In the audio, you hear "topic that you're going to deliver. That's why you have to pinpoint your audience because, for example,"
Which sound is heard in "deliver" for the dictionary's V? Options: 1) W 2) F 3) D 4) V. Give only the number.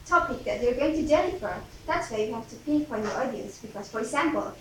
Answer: 2